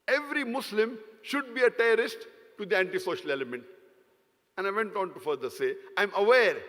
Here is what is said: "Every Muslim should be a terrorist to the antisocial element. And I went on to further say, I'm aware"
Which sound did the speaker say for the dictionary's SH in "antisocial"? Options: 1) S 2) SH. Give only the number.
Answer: 2